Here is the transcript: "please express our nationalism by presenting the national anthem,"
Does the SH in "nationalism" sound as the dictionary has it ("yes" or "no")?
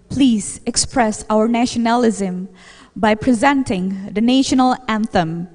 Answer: yes